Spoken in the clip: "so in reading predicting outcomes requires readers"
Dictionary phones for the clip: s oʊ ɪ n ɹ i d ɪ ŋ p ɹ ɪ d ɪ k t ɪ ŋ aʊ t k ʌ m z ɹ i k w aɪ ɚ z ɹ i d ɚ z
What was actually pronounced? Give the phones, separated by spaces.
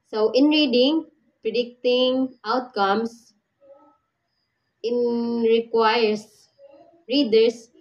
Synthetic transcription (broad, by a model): s oʊ ɪ n ɹ i d ɪ ŋ p ɹ ɪ d ɪ k t ɪ ŋ aʊ t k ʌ m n ɹ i k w aɪ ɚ s ɹ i d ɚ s